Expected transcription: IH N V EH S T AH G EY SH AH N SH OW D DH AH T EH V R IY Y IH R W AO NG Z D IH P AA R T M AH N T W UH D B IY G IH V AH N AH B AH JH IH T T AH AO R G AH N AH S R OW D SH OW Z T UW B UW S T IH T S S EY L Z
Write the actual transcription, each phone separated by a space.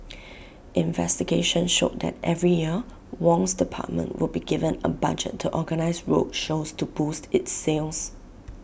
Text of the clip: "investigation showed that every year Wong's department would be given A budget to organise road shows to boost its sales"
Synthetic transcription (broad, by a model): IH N V EH S T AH G EY SH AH N SH OW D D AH T EH V R IY Y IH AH W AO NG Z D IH P AA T M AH N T W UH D B IY G IH V AH N AH B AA JH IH T T AO G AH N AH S R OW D SH OW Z T UW B UW S T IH T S S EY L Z